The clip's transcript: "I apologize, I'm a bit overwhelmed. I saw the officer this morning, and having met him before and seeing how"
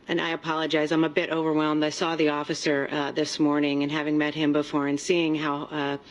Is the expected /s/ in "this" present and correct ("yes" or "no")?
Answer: yes